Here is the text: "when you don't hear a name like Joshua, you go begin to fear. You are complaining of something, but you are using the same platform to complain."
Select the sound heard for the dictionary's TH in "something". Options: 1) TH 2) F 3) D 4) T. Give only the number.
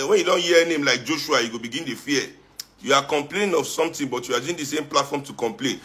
4